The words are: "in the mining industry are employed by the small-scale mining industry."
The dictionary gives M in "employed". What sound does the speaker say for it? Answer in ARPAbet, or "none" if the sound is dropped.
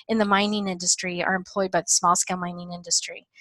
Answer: M